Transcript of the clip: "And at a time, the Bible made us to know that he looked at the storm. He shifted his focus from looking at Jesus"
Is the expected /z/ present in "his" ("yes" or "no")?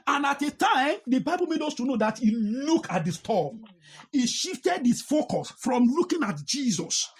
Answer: no